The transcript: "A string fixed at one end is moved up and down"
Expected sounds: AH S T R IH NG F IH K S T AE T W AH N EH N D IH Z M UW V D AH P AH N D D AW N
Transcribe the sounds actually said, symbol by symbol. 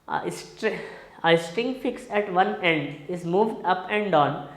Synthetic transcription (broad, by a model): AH S T R IH NG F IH K S AE T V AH N EH N D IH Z M UW V D AH P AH N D D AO N